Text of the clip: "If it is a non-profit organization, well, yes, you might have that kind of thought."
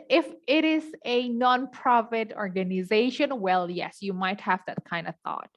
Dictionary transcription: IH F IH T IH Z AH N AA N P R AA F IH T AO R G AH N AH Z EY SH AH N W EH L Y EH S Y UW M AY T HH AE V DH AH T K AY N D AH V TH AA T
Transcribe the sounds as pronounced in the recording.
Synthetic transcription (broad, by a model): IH F IH T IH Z AH N AA N P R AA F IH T AO R G AH N AH Z EY SH AH N W EH L Y EH S Y UW M AY T HH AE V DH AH T K AY N D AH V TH AA T